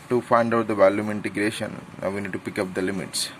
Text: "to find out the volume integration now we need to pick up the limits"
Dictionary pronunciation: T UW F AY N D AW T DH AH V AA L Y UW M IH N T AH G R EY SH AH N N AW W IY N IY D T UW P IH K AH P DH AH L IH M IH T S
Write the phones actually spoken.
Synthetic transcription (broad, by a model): T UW F AY N D AW T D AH V AA L Y UW M IH N T AH G R EY SH AH N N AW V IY N IY D T UW P IH K AH P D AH L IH M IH T S